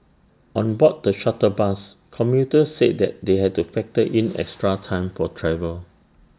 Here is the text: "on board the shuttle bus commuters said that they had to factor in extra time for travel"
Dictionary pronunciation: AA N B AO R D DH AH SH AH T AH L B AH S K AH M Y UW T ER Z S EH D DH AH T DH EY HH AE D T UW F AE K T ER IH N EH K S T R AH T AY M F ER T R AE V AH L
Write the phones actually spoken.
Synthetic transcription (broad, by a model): AA N B AO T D AH SH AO T AH B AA S K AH M Y UW T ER S EH D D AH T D EY HH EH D T UW F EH K T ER IH N EH K S T R AH T AY M F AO T R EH V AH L